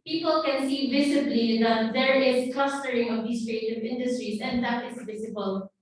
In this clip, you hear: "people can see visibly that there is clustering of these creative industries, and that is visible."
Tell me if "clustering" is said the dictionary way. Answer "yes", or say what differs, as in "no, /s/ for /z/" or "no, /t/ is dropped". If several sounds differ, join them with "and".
no, /l/ is dropped